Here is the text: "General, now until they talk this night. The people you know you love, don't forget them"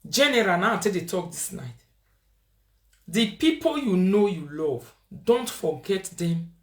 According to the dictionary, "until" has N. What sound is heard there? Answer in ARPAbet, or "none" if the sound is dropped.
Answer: none